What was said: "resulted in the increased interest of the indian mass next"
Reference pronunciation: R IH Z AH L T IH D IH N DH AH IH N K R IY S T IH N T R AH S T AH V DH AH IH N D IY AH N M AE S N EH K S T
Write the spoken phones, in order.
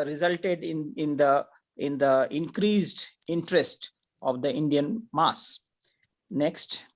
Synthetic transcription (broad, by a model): R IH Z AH L T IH D IH N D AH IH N K R IY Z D IH N T R AH S T AH V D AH IH N D IY AH N M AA S N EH K S T